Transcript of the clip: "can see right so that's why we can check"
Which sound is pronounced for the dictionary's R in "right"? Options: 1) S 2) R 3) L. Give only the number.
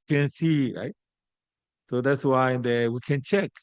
2